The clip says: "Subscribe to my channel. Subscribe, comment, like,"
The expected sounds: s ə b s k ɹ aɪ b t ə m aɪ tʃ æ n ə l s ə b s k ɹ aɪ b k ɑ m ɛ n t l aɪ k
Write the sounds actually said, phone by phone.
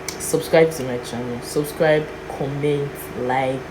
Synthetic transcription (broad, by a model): s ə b s k ɹ aɪ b s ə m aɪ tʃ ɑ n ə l s ə b s k ɹ aɪ b k ɑ m ɛ n t l aɪ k